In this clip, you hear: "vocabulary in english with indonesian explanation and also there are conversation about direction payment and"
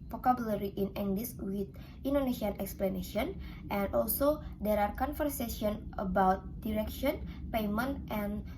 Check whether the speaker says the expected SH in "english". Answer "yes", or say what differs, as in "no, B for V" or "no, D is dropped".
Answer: no, S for SH